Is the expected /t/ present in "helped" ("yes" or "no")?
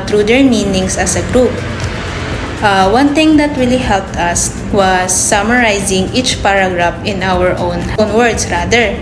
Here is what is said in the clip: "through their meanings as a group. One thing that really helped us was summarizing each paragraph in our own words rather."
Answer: yes